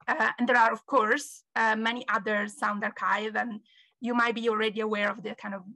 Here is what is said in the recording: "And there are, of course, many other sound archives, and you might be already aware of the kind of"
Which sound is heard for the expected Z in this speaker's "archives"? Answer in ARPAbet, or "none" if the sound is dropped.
none